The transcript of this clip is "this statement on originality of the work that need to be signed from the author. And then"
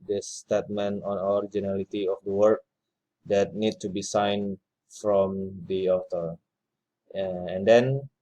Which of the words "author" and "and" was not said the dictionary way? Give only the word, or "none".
author